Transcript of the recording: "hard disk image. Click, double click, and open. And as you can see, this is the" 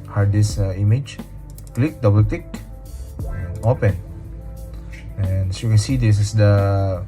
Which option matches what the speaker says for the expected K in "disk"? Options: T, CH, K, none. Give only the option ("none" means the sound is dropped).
none